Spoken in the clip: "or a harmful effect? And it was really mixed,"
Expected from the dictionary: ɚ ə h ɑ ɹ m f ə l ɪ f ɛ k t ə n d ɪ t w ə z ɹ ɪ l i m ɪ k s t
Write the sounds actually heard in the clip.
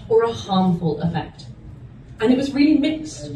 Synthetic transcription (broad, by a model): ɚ ə h ɑ ɹ m f ə l ɪ f ɛ k t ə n ɪ t w ə z ɹ ɪ l i m ɪ k s t